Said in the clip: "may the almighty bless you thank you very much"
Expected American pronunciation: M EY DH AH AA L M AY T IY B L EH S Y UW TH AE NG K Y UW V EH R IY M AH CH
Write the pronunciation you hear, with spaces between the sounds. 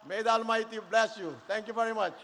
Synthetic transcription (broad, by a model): M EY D AA L M AY T IY B L EH S Y UW T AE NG K Y UW V EH R IY M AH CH